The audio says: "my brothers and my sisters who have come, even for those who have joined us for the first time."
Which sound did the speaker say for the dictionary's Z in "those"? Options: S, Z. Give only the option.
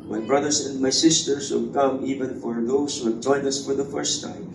S